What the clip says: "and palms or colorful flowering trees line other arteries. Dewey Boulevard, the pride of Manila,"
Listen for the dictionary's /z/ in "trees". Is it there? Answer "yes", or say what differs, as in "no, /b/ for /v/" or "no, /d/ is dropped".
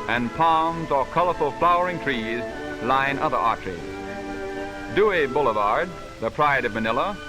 yes